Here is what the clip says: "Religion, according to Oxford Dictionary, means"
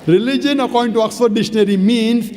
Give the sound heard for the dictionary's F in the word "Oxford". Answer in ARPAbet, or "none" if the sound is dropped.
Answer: none